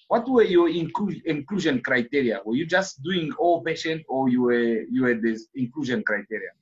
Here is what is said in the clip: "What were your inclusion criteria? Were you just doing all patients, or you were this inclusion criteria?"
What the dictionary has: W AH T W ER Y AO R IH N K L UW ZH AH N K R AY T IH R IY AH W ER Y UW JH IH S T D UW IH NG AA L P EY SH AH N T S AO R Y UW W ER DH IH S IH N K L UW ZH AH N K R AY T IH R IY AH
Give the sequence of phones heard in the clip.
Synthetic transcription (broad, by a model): W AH T W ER Y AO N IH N K L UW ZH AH N K R AY T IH R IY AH W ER Y UW JH IH S T D UW IH NG AA L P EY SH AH N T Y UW W Y UW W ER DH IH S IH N K L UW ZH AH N K R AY T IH R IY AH